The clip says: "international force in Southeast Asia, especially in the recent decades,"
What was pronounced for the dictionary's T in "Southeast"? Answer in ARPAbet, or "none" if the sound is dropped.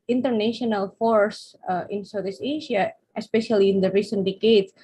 none